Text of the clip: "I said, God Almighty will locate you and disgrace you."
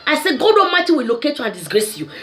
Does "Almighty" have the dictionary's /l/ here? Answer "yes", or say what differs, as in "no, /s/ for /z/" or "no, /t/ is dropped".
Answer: no, /l/ is dropped